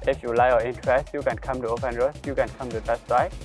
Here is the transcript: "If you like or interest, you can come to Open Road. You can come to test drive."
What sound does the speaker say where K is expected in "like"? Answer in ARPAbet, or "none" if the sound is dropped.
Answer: none